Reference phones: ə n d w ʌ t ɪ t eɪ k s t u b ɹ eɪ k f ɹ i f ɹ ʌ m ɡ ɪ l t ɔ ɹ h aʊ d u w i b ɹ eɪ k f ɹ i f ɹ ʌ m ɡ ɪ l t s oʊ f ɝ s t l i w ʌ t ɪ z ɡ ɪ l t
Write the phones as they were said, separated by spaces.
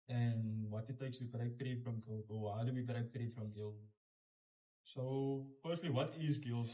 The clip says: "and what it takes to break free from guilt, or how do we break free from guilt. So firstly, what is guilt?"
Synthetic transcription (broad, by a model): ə n w ʌ t ɪ t eɪ k s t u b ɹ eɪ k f ɹ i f ɹ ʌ m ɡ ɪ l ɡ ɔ l h aʊ d u w i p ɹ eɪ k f ɹ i f ɹ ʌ m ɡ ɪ l s oʊ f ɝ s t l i w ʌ t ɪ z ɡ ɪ l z